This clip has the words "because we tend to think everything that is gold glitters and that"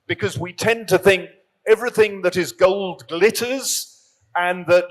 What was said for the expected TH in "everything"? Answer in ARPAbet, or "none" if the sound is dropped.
TH